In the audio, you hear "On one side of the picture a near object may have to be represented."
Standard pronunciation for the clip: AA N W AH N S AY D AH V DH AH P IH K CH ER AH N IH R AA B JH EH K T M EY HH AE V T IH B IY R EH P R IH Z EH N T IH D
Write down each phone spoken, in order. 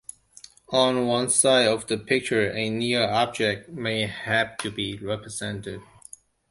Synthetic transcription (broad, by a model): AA N W AH N S AY D AH V DH AH P IH K CH ER AH N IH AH AA B JH EH K T M EY HH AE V T IH B IY R EH P R IH Z EH N T IH D